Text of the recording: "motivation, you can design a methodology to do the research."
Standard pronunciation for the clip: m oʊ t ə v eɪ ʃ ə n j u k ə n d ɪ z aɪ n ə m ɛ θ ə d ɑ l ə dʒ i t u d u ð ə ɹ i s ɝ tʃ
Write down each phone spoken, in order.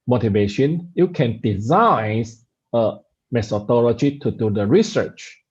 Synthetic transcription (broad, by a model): m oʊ t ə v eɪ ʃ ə n j u k ə n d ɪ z aɪ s ə m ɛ s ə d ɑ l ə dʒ i t u d u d ə ɹ i s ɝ tʃ